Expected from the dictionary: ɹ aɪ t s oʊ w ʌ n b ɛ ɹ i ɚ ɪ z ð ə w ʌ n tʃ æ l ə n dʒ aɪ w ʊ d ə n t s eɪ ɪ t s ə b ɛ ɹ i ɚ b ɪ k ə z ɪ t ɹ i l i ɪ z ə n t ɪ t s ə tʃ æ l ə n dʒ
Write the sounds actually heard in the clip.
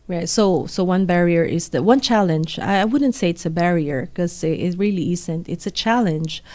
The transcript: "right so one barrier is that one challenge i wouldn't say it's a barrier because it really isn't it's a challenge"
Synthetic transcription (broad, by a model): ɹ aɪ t s oʊ w ʌ n b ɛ ɹ i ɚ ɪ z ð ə w ʌ n tʃ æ l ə n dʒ aɪ w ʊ d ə n t s eɪ ɪ t s ə b ɛ ɹ i ɚ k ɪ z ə ɪ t ɹ i l i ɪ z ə n t ɪ t s ə tʃ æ l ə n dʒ